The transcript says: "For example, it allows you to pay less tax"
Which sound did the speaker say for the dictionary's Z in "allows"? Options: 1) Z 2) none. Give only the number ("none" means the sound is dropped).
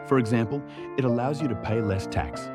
1